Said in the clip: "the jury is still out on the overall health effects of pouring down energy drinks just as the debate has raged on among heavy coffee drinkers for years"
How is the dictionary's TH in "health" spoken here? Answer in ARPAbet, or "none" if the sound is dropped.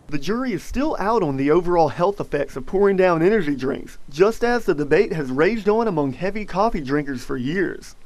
TH